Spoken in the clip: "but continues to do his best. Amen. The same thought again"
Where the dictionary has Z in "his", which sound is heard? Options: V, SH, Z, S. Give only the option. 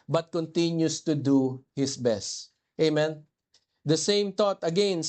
S